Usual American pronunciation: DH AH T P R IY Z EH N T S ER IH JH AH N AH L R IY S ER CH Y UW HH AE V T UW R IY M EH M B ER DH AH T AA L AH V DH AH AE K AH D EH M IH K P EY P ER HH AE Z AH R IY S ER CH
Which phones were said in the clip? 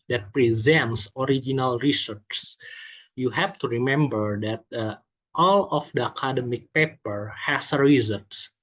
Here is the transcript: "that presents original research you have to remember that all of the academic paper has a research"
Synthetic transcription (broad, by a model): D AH T P R IY Z EH N T S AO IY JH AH N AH L R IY S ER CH Y UW HH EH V T UW R IY M EH M B ER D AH T AA L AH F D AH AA K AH D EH M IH K P EY P ER HH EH S AH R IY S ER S